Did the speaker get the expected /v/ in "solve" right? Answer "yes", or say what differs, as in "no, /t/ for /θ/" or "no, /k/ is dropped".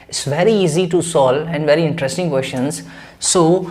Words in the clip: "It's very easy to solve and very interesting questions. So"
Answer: no, /v/ is dropped